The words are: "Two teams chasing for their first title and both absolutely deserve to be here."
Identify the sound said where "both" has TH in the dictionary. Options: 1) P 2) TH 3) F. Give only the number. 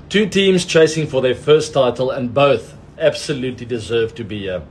2